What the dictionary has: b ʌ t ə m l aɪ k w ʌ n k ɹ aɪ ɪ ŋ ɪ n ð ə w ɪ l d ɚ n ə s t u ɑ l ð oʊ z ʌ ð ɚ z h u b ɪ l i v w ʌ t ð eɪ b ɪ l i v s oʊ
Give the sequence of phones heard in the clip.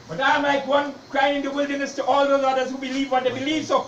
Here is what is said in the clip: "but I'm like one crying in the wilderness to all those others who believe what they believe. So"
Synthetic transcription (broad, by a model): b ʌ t ə m l aɪ k w ʌ n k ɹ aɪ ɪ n ɪ n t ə w ɪ l d ɚ n ə s t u ɑ l ð oʊ z ʌ ð ɚ z h u b ɪ l i v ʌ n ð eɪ b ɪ l i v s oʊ